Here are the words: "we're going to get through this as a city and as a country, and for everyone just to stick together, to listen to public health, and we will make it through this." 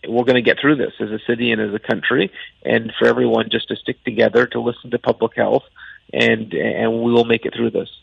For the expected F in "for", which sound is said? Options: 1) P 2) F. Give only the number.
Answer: 2